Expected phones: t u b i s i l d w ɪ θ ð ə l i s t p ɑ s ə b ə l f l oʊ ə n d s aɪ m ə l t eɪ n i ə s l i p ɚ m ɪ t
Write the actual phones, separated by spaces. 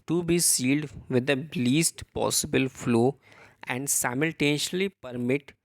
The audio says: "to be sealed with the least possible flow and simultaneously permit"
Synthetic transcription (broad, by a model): t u b i s i l d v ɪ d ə l i s t p ɑ s ə b ə l f l oʊ ə n d s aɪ m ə l t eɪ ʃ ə l i p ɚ m ɪ t